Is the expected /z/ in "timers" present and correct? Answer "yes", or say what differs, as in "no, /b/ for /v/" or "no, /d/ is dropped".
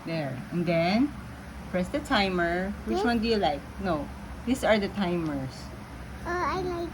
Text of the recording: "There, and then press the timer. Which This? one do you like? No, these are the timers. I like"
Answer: no, /s/ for /z/